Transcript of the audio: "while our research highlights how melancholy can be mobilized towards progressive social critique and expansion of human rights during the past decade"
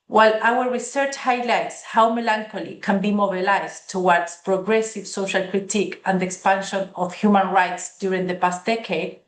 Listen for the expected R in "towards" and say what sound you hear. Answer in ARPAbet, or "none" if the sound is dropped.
W